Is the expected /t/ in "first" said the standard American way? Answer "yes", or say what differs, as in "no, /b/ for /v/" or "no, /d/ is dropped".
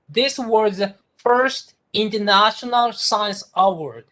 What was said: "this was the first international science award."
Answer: yes